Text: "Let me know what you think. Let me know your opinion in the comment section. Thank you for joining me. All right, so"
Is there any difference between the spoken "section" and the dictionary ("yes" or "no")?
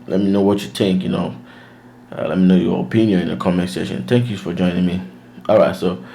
yes